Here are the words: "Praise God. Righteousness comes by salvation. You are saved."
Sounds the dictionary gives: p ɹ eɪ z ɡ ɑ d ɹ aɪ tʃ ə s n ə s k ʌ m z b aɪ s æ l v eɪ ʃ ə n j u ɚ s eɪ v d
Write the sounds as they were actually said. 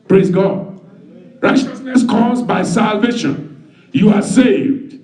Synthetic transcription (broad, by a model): p ɹ eɪ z ɡ ɑ d ɹ aɪ tʃ ə s n ə s k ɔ z b aɪ s æ l v eɪ ʃ ə n j u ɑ s eɪ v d